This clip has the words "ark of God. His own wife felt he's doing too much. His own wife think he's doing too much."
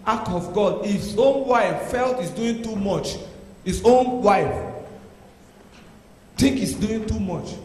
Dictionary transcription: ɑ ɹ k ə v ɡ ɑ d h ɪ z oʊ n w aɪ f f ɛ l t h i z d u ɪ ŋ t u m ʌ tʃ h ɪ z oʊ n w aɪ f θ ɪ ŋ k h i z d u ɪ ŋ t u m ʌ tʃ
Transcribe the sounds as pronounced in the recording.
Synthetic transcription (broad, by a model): ɑ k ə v ɡ ɑ d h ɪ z oʊ n w aɪ f f ɛ l t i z d u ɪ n t u m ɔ tʃ h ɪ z oʊ n w aɪ f t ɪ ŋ k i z d u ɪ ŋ t u m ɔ tʃ